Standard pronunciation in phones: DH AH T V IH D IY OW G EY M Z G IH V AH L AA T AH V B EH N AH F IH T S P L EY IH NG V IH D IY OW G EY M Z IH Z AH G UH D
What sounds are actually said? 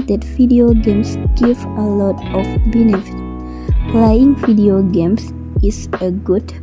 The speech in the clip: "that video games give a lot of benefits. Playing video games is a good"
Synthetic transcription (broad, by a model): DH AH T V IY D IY OW G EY M S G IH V AH L AA T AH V B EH N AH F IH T P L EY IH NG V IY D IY OW G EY M S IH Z AH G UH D